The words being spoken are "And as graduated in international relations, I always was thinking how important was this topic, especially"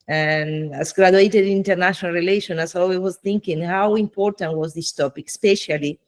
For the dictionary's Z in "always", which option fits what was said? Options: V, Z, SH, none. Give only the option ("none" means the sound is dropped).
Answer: none